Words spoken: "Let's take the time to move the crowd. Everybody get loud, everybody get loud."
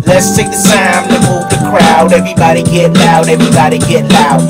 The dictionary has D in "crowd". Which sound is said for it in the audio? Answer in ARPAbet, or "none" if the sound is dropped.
D